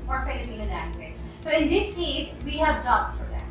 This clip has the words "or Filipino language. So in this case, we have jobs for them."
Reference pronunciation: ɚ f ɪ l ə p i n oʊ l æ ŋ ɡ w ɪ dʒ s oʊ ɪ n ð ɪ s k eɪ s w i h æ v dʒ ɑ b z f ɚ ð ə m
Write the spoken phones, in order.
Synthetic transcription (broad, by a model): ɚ f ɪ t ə i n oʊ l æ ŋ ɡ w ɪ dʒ s oʊ ɪ n ð ɪ s k eɪ s w i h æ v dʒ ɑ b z f ɚ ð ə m